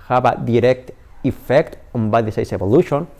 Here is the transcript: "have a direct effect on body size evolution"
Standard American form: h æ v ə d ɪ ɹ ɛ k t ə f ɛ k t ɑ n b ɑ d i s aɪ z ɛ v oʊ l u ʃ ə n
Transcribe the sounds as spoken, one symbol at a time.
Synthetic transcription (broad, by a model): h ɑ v ə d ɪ ɹ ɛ k t ə f ɛ k t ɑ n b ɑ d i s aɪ s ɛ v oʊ l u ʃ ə n